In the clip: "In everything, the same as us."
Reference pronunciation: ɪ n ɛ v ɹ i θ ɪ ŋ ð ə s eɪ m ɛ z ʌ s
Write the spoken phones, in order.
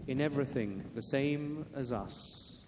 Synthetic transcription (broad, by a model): ɪ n ɛ v ɹ i θ ɪ ŋ ð ə s eɪ m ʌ z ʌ s